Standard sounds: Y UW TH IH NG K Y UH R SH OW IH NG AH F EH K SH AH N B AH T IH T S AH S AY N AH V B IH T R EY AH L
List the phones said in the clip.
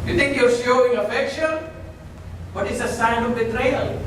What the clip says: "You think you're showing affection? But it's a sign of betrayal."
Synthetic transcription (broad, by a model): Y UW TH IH NG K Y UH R S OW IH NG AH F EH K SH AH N B AH T IH T S AH S AY N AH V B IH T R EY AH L